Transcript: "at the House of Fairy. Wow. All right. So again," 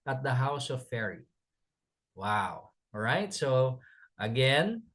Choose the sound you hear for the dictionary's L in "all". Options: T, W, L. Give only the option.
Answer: W